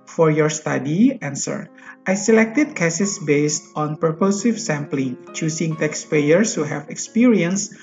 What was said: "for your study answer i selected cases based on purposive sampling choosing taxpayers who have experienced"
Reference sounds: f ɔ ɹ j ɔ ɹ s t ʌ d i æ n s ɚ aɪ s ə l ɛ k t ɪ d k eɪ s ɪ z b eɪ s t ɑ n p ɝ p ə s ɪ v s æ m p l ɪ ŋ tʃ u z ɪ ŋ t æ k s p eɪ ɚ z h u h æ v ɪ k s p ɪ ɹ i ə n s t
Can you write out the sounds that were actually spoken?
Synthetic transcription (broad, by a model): f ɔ ɹ j ɔ ɹ s t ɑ d i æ n s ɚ aɪ s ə l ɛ k t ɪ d k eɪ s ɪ s b eɪ s t ɑ n p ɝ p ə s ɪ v s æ m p l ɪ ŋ tʃ u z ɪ ŋ t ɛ k s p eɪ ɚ s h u h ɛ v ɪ k s p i ɹ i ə n s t